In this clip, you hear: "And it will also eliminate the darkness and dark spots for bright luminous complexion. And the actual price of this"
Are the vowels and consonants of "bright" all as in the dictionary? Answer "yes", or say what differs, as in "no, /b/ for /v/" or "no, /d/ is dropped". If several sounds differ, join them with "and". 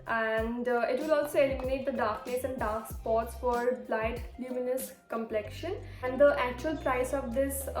no, /l/ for /ɹ/